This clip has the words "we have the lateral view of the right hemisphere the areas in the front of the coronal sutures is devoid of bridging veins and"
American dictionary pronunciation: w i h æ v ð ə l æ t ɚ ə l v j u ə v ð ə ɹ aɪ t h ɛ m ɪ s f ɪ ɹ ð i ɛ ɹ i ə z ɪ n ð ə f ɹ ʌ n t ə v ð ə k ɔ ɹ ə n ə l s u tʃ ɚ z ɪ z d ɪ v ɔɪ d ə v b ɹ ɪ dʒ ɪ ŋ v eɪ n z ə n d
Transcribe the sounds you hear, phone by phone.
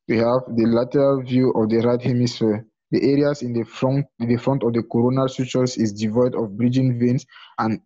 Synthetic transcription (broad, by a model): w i h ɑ v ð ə l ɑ t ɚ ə l v j u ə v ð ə ɹ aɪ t h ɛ m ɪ s f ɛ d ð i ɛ ɹ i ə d ɪ n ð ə f ɹ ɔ n t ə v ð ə k ɔ ɹ ə n ə l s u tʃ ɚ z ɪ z d ɪ v ɔɪ d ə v b ɹ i dʒ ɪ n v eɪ n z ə n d